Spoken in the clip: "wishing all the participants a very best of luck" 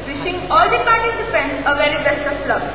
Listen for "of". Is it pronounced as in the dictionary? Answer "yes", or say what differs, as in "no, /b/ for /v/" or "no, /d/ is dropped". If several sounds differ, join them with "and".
no, /p/ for /v/